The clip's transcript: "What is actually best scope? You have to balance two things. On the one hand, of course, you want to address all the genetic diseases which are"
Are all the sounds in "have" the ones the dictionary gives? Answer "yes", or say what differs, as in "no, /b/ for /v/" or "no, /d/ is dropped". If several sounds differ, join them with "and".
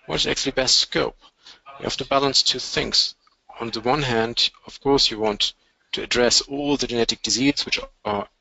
no, /f/ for /v/